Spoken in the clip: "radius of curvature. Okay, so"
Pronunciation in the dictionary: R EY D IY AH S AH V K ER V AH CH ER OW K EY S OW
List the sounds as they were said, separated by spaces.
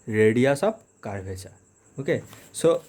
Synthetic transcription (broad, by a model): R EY D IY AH S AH B K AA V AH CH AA OW K EY S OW